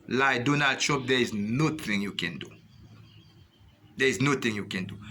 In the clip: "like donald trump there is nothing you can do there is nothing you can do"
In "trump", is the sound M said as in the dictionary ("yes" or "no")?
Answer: no